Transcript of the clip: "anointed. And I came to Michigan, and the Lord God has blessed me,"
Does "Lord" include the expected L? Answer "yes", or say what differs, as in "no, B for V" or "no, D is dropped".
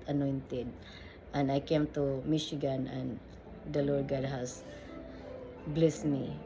yes